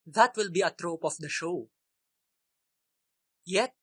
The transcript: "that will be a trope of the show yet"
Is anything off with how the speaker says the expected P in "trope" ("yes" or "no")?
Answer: no